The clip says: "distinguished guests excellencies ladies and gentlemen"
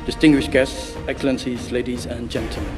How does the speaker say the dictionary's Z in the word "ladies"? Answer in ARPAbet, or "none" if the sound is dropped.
Z